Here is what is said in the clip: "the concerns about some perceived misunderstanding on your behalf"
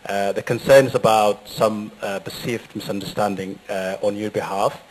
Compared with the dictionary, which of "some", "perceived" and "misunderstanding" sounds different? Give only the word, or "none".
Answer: perceived